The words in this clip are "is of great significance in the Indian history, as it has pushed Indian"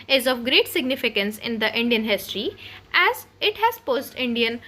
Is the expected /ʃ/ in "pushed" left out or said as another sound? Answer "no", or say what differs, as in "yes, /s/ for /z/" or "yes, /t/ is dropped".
yes, /s/ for /ʃ/